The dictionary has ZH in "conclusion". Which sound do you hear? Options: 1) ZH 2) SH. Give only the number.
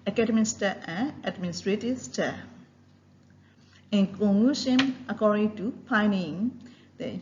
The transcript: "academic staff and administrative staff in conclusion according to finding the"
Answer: 2